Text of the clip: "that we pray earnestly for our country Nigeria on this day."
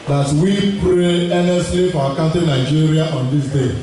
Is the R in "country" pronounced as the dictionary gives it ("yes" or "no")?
no